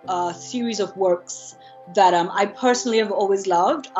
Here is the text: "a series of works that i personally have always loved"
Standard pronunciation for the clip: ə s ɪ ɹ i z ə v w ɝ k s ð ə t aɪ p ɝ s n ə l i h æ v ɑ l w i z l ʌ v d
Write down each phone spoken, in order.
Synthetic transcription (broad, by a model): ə s ɪ ɹ i z ə v w ɝ k s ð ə t aɪ p ɝ s n l i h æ v ɑ l w i z l ʌ v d